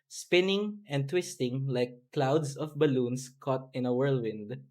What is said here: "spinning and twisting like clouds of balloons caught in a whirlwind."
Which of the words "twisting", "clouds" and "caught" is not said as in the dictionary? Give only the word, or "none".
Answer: clouds